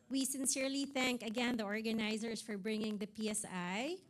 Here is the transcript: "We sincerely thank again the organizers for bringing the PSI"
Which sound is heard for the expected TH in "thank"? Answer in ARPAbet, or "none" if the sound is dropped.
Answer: TH